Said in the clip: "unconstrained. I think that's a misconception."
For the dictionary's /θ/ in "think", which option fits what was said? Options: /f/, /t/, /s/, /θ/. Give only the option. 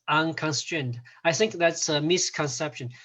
/θ/